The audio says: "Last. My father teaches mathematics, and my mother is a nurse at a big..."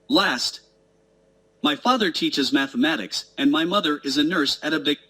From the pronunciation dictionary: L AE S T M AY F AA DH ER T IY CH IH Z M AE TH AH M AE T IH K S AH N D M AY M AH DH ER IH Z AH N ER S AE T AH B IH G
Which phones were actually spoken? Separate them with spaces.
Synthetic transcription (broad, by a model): L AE S T M AY F AA DH ER T IY CH IH Z M AE TH AH M AE T IH K S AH N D M AY M AH DH ER IH Z AH N ER S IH T AH B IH